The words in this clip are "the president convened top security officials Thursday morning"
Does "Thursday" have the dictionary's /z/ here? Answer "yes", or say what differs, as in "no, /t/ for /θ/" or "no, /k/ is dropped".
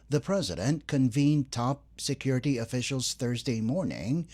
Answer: yes